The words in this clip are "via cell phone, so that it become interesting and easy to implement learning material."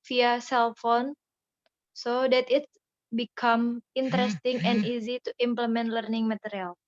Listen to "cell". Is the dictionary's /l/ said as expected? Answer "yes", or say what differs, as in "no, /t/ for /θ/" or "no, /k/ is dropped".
yes